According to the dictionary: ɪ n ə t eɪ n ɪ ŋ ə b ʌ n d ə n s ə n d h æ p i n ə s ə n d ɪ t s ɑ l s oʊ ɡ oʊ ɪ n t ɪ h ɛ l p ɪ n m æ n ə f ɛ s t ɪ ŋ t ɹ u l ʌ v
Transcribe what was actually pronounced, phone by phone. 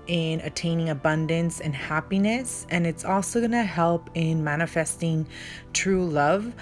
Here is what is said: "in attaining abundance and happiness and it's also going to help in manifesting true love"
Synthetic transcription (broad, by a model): ɪ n ə t eɪ n ɪ ŋ ə b ʌ n d ə n s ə n h æ p i n ə s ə n ɪ t s ɑ l s oʊ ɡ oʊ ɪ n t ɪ h ɛ l p ɪ n m æ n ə f ɛ s t ɪ ŋ t ɹ u l ʌ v